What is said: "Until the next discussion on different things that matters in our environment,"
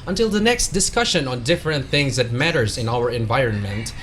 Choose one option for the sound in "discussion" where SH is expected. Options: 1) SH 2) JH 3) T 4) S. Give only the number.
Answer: 1